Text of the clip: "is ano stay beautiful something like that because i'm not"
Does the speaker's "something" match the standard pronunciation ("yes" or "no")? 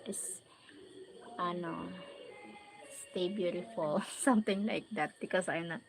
no